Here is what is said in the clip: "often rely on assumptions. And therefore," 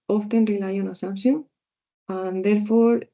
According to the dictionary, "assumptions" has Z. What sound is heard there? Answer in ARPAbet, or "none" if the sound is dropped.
none